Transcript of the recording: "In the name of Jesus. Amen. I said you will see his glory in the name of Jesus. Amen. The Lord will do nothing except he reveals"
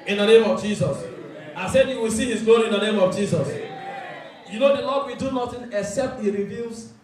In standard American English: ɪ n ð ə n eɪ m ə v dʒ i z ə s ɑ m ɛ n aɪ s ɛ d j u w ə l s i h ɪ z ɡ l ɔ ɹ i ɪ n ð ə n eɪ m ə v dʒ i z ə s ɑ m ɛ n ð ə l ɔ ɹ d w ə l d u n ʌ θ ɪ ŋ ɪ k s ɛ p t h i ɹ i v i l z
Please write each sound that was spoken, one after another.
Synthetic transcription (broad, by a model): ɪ n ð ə n eɪ m ə v dʒ i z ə s ɑ ɪ s ɛ d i w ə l s i h ɪ z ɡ ɔ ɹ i ɪ n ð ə n eɪ m ə v dʒ i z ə s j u n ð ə l ɔ d w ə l d u n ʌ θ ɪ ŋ ɪ k s ɛ p t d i ɹ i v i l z